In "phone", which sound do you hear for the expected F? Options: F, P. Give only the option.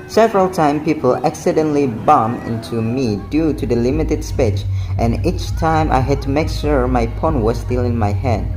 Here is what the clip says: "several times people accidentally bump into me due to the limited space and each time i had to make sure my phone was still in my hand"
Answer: P